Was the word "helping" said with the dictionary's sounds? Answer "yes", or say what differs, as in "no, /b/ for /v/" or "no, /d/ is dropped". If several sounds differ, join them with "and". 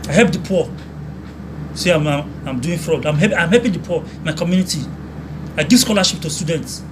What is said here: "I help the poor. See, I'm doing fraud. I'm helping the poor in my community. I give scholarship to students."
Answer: no, /l/ is dropped